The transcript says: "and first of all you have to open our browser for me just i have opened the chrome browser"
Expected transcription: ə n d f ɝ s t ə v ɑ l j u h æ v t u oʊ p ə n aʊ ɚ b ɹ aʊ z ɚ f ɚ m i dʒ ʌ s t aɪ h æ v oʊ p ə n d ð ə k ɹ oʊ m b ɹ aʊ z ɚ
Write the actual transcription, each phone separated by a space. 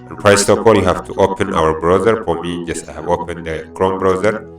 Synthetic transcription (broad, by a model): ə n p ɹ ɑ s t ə p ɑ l j u h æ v t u oʊ p ə n aʊ ɚ b ɹ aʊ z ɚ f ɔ m i dʒ ʌ s t aɪ h æ v oʊ p ə n d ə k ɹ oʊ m b ɹ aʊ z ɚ